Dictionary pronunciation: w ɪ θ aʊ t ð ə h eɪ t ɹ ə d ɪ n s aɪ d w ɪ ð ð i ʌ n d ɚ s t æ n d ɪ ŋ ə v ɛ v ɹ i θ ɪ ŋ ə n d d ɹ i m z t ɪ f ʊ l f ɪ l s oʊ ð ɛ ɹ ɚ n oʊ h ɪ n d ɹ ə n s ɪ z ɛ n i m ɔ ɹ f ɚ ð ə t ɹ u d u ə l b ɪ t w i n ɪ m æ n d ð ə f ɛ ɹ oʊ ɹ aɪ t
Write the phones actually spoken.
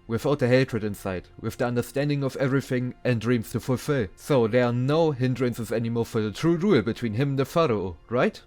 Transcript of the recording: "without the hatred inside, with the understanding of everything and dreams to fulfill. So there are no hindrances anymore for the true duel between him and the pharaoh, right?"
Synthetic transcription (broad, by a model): w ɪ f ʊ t ð ə h eɪ t ɹ ə d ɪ n s aɪ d w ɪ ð ð i ʌ n d ɚ s t æ n d ɪ ŋ ə v ɛ v ɹ i θ ɪ ŋ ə n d d ɹ i m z t ɪ f ʊ l f ɪ l s oʊ ð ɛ ɹ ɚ n oʊ h ɪ n d ɹ ə n s ɪ z ɛ n i m ɔ ɹ f ɚ ð ə t ɹ u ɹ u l b ɪ t w i n ɪ m n ð ə f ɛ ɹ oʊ ɹ aɪ t